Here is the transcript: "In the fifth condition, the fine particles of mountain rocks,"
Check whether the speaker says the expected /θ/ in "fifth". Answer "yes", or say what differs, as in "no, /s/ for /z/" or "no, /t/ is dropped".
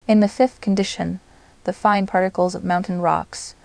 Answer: yes